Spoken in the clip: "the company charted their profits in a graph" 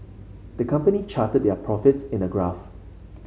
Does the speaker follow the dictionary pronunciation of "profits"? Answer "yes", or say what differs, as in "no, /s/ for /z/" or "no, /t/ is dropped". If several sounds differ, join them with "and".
yes